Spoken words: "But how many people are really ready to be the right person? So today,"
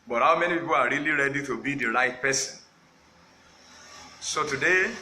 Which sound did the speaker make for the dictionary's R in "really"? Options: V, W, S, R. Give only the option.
R